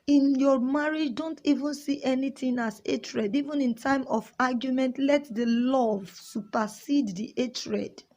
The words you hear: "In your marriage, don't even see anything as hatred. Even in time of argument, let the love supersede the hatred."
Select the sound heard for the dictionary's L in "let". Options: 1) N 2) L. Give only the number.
2